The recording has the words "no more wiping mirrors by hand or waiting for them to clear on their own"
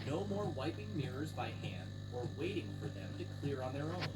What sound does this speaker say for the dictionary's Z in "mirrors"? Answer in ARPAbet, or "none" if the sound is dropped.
Z